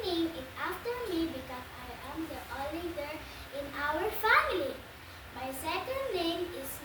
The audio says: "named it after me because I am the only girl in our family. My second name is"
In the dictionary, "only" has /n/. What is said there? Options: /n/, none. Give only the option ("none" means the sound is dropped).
none